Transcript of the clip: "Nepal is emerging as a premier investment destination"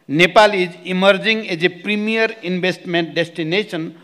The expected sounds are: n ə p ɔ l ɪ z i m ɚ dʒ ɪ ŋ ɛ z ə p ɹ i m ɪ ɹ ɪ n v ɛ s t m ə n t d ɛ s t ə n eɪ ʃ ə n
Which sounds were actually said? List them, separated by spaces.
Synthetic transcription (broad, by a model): n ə p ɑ l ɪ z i m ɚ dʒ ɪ ŋ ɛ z ə p ɹ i m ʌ ɹ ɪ n b ɛ s t m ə n t d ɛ s t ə n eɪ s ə n